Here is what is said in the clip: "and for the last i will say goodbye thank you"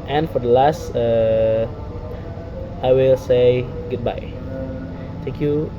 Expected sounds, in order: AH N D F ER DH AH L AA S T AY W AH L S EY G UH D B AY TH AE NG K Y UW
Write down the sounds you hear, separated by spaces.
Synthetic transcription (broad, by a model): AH N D F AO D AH L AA S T AY W AH L S EY G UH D B AY T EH NG K Y UW